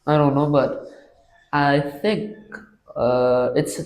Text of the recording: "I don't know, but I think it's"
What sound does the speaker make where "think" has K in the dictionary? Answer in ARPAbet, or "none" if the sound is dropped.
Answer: K